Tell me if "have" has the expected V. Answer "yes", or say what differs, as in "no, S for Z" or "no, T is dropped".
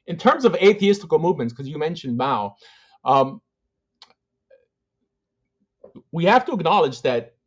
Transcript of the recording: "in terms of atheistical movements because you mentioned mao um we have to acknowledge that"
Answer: no, F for V